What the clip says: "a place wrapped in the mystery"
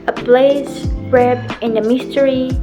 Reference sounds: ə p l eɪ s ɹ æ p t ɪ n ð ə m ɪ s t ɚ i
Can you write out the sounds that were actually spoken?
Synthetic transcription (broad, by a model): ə b l eɪ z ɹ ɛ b ɪ n ð ə m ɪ s t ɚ i